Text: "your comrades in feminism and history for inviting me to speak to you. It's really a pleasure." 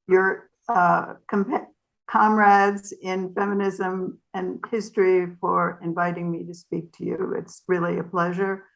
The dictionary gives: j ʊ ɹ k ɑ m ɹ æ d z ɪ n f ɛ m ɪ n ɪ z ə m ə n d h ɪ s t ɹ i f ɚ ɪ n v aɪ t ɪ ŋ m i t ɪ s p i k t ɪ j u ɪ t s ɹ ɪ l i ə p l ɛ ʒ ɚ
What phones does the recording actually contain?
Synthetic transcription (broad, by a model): j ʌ ɹ k ɑ m ɹ æ d z ɪ n f ɛ m ɪ n ɪ z ə m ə n h ɪ s t ɹ i f ɚ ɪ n v aɪ t ɪ ŋ m i t ɪ s p i k t ɪ j u ɪ t s ɹ ɪ l i ə p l ɛ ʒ ɚ